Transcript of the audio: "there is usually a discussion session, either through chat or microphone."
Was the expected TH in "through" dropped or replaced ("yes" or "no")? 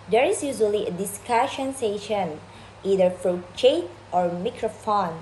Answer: yes